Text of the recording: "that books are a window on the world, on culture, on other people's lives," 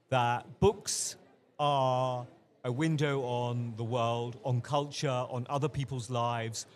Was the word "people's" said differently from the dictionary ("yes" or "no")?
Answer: no